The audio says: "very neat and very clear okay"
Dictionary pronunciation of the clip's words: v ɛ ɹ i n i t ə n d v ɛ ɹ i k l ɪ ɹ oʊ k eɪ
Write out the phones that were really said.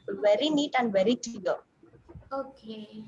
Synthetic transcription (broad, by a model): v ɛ ɹ i n i t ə n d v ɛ ɹ i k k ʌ l oʊ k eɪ